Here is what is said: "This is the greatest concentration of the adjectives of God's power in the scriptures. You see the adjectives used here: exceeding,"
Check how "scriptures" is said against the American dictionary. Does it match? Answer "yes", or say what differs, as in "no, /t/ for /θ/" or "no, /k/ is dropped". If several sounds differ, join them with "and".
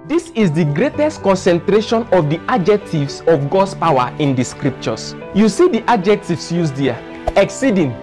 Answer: no, /s/ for /z/